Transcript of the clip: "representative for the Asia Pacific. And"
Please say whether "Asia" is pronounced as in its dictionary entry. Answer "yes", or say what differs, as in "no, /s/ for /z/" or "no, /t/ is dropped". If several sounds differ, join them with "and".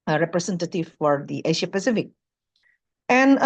no, /ʃ/ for /ʒ/